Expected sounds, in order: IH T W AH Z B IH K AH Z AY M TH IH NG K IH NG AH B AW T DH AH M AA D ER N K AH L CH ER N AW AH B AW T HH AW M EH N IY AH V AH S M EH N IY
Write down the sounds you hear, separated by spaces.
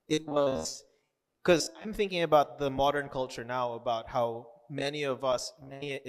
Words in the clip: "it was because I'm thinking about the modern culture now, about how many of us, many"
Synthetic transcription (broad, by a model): IH T W AH Z K AH Z AY M TH IH NG K IH NG AH B AW T DH AH M AA D ER N K AH L CH ER N AW AH B AW T HH AW M EH N IY AH V AH S M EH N IY